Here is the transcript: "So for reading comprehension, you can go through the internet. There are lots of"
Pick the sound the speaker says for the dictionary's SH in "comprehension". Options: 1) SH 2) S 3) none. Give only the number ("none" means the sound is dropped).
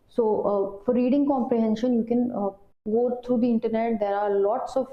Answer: 1